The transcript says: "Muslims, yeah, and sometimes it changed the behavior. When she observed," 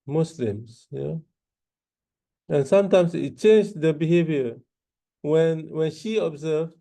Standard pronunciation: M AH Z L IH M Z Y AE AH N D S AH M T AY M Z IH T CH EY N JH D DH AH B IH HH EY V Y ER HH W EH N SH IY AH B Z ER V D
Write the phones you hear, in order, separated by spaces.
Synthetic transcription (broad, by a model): M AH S L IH M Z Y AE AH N S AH M T AY M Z IH T CH EY N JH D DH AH B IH HH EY V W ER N W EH N SH IY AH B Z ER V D